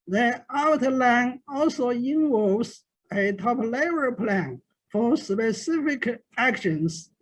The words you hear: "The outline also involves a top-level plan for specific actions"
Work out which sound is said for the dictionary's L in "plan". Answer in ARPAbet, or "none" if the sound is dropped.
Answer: L